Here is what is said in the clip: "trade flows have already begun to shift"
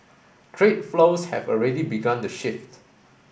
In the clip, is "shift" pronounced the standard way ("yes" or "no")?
yes